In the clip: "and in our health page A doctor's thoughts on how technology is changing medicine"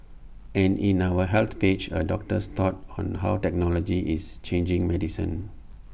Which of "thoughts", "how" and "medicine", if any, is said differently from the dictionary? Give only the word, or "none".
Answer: thoughts